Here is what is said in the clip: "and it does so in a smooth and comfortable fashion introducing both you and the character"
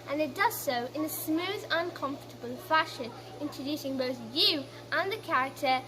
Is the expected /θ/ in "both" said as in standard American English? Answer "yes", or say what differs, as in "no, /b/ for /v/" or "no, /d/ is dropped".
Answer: yes